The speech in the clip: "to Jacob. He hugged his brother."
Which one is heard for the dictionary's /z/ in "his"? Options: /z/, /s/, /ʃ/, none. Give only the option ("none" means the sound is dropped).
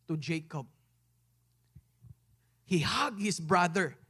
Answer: /s/